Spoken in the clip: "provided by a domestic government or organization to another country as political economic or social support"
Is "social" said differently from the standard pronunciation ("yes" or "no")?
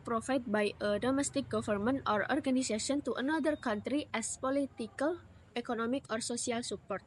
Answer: yes